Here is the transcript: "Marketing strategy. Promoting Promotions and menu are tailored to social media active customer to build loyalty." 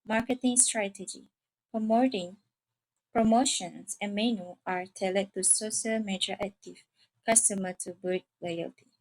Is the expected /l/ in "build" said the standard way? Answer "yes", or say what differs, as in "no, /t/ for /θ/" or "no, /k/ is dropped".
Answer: no, /l/ is dropped